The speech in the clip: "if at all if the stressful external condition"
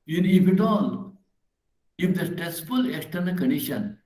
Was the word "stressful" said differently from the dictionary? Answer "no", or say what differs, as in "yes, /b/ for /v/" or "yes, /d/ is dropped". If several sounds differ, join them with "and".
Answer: yes, /ɹ/ is dropped